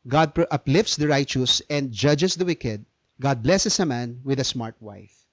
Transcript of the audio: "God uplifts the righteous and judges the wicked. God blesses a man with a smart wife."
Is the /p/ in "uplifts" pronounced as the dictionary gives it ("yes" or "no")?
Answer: yes